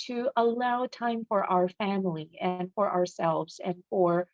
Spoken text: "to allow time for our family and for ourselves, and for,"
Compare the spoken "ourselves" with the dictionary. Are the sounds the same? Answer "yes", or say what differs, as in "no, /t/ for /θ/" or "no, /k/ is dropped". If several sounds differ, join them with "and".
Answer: yes